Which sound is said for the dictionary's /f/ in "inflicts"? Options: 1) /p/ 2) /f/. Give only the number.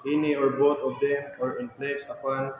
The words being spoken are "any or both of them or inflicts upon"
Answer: 1